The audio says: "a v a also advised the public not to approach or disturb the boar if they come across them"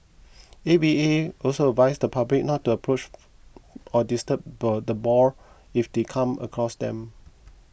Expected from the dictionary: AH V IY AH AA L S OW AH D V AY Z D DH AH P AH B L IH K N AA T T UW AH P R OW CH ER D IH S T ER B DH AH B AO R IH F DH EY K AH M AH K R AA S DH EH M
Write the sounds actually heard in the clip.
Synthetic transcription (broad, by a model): AH B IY AH AA L S OW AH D V AY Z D AH P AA B L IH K N AA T T UW AH P R OW CH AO D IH S T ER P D AH B AO R IH F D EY K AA M AH K R AA S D EH M